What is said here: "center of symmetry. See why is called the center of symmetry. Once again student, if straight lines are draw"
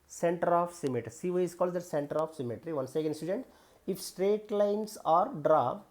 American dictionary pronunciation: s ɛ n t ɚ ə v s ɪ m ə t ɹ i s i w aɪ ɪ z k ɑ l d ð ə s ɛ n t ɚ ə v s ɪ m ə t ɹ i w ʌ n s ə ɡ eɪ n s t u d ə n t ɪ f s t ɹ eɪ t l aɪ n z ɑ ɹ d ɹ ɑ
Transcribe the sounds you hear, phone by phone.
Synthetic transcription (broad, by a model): s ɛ n t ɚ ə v s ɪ m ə t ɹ i s i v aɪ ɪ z k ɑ l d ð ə s ɛ n t ɚ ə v s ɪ m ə t ɹ i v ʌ n s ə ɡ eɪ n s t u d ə n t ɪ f s t ɹ eɪ t l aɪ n s ɑ ɹ d ɹ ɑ